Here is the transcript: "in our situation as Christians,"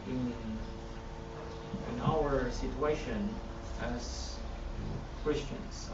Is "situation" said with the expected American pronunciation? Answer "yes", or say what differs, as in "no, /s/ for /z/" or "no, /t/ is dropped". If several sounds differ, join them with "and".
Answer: yes